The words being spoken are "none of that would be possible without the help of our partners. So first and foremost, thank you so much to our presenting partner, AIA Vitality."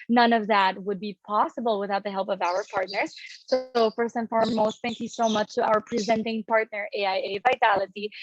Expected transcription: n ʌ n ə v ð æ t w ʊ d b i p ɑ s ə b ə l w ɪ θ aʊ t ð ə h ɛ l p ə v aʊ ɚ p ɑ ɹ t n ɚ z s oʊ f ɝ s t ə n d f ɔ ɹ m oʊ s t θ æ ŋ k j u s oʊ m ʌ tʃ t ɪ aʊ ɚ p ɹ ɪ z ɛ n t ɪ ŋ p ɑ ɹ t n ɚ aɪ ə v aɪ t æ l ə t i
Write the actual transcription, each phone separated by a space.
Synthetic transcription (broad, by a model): n ʌ n ə v ð æ t w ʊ d b i p ɑ s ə b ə l w ɪ θ aʊ t ð ə h ɛ l p ə v aʊ ɚ p ɑ ɹ t n ɚ z s oʊ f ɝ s ə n f ɔ ɹ m oʊ s t θ æ ŋ k j u s oʊ m ʌ tʃ t ɪ aʊ ɚ p ɹ ɪ z ɛ n t ɪ ŋ p ɑ ɹ t n ɚ aɪ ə v aɪ t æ l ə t i